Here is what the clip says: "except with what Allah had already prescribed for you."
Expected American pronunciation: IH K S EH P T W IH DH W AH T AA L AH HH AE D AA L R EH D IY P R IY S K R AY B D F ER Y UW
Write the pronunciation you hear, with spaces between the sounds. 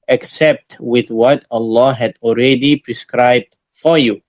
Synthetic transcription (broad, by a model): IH K S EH P T W IH DH W AH T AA L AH HH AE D AA L R EH D IY P R IY S K R AY B D F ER Y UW